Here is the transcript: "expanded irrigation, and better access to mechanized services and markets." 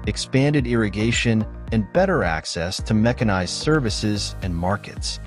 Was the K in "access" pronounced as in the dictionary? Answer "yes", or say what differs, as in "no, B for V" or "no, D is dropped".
yes